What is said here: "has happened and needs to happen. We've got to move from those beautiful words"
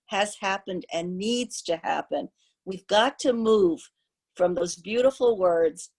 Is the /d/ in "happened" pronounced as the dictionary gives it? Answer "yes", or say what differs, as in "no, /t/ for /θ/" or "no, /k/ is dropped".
yes